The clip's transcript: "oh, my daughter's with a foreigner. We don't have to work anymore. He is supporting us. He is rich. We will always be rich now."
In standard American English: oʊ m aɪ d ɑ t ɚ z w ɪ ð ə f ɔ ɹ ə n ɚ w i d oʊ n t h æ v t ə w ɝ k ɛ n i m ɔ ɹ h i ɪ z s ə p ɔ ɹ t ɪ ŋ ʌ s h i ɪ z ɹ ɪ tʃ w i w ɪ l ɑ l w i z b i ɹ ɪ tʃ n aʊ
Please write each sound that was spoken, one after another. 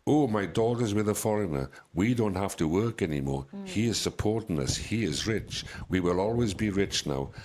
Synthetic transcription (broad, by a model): oʊ m aɪ d ɑ t ɚ z w ɪ ð ə f ɔ ɹ ə n ɚ w i d oʊ n t h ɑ f t ə w ɝ k ɛ n i m ɔ ɹ h i ɪ z s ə p ɔ ɹ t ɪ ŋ ʌ s h i ɪ z ɹ ɪ tʃ w i w ɪ l ɑ l w i z b i ɹ ɪ tʃ n aʊ